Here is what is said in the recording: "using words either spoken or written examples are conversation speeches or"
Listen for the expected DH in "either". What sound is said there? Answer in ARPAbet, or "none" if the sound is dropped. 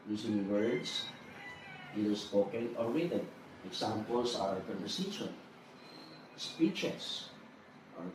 none